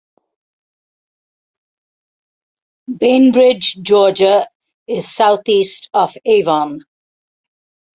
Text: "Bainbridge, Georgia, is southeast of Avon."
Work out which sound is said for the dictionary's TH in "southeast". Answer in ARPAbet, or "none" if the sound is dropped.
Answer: T